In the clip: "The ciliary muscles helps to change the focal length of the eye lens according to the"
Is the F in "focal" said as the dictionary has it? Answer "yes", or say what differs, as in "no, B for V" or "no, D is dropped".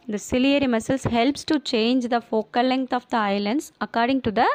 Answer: yes